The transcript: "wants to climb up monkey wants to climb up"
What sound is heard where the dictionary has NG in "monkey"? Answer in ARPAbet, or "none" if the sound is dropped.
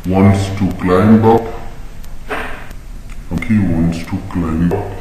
none